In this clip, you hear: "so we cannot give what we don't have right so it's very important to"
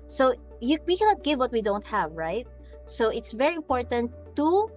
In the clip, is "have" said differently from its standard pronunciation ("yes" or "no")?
no